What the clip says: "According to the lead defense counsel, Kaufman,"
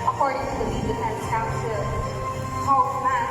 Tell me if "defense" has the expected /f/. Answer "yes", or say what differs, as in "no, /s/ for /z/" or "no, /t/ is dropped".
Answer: no, /f/ is dropped